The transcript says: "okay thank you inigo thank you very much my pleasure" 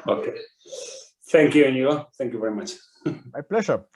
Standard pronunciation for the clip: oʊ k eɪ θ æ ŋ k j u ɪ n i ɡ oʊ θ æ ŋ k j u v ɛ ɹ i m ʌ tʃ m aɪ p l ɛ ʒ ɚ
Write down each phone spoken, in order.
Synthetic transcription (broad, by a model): oʊ k eɪ θ æ ŋ k j u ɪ n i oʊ θ æ ŋ k j u v ɛ ɹ i m ʌ tʃ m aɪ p l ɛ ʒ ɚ